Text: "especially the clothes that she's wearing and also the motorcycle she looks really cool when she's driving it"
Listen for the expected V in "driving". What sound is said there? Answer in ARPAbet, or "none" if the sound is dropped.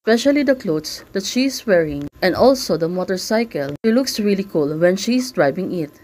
B